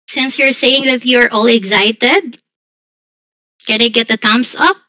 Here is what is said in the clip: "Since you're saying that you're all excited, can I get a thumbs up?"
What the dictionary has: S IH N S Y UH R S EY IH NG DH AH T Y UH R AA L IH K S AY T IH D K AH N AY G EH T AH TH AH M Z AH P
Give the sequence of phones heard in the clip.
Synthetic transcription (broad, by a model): S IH N S Y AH R S EY IH NG DH AH T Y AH R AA L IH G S AY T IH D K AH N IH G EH T AH T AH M S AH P